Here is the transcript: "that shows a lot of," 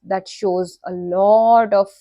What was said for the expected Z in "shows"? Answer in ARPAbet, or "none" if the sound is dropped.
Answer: Z